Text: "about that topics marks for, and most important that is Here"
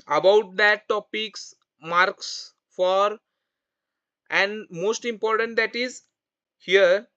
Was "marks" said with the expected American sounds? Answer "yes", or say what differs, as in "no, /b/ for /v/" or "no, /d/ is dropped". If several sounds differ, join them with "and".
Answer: yes